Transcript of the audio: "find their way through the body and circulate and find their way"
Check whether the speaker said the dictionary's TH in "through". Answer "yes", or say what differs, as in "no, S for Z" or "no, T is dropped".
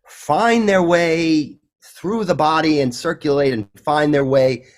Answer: yes